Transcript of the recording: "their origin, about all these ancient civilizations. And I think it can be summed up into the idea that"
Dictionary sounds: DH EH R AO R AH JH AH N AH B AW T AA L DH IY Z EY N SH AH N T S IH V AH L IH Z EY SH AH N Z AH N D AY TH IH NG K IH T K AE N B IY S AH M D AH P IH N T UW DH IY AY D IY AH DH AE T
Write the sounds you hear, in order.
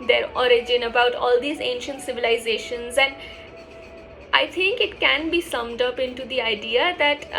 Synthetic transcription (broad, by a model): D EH R AO R AH JH AH N AH B AW T AA L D IY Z EY N SH AH N T S IH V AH L IH Z EY SH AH N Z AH N D AY T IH NG K IH T K AE N B IY S AH M D AH P IH N T UW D IY AY D IY AH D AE T